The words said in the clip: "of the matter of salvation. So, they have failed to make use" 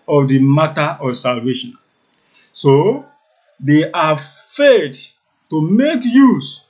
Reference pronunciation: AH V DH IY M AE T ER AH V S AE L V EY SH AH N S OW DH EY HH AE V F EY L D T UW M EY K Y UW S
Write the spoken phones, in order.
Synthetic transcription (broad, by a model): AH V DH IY M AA T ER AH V S AE L V EY SH AH N S OW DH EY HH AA F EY D T UW M EY K Y UW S